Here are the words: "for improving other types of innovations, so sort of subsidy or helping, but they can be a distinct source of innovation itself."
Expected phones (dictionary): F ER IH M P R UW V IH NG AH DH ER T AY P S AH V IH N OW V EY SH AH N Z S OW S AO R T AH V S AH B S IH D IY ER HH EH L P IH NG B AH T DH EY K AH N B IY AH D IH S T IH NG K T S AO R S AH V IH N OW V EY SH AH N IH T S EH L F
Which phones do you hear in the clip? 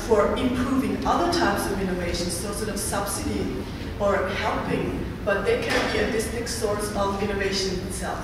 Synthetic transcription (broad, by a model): F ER IH M P R UW V IH NG AH DH ER T AY P S AH V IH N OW V EY SH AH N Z S OW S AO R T AH V S AH B S IH D IY ER HH EH L P IH NG B AH T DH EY K AH N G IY AH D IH S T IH K S AO R S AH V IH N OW V EY SH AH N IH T S EH L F